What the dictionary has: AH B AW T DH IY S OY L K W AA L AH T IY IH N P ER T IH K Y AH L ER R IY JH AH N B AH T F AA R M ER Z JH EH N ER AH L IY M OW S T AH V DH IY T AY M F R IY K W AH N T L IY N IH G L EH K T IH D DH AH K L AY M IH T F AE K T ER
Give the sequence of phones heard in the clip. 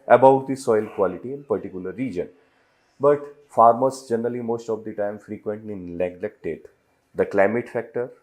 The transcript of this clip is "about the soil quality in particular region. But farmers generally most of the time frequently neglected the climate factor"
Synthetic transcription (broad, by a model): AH B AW T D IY S OY L K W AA L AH T IY IH N P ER T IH K Y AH L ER R IY JH AH N B AH T F AA R M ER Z JH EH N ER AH L IY M OW S T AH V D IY T AY M F R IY K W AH N T IY N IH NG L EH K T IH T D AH K L AY M IH T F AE K T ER